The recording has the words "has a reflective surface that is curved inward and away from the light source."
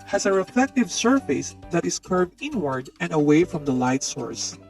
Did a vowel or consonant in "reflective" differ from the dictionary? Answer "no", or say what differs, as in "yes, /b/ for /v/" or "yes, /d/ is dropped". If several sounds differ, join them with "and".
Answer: yes, /l/ is dropped